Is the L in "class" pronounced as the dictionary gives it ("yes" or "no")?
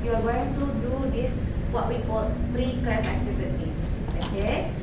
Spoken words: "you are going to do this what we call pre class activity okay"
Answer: no